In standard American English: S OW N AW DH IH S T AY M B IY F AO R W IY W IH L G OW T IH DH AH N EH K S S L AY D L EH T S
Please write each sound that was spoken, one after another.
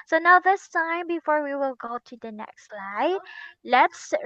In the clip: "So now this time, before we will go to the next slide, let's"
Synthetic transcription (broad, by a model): S OW N AW DH IH S T AY M B IY F AO R W IY W IH L G OW T IH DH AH N EH K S S L AY D L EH T S